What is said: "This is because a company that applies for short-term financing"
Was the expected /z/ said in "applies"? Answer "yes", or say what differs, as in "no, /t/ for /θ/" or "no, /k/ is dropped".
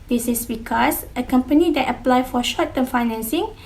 no, /z/ is dropped